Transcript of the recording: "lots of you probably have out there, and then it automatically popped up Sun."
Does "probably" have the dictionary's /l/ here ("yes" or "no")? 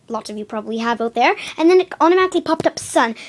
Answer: yes